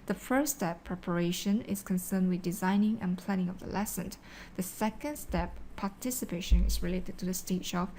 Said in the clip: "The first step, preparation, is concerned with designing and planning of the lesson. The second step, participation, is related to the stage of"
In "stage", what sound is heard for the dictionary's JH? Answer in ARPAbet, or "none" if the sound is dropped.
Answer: CH